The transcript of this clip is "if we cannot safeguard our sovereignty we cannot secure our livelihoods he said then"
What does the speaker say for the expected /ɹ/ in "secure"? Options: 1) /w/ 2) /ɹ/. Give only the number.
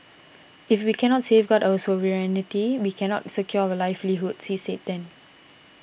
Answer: 1